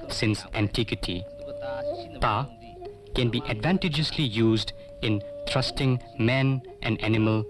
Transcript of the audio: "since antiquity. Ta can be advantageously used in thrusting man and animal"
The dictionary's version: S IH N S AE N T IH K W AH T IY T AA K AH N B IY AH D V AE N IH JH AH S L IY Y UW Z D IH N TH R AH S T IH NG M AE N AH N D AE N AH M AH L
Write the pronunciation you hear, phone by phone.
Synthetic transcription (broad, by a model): S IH N S AE N T IH K W AH T IY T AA K AH N B IY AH D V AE N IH JH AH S L IY Y UW Z D IH N T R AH S T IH NG M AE N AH N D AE N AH M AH L